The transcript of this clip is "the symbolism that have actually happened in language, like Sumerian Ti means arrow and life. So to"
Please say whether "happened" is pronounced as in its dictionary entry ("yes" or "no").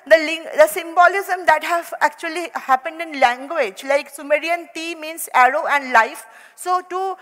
yes